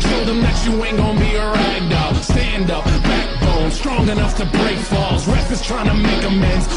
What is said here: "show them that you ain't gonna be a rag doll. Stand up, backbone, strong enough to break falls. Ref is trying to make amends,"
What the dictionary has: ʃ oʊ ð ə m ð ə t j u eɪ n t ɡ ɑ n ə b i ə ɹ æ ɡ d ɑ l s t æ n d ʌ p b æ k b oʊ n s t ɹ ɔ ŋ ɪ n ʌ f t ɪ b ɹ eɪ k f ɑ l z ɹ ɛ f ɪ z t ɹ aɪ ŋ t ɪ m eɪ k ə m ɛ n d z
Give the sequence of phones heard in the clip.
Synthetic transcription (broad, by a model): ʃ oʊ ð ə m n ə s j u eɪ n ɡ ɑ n b i ə ɹ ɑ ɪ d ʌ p s t æ n d ʌ p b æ k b oʊ n s t ɹ ɔ ŋ ɪ n ʌ f t ɪ b ɹ eɪ k f ɑ l z ɹ ɛ f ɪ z t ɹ aɪ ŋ t ɪ m eɪ k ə m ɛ n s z